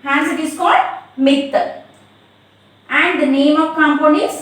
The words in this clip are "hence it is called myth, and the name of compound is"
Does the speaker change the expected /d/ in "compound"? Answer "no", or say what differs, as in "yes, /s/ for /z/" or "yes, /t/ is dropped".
yes, /d/ is dropped